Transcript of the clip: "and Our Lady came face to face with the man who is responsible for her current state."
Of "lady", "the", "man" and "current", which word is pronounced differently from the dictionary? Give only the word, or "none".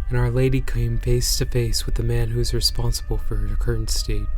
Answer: none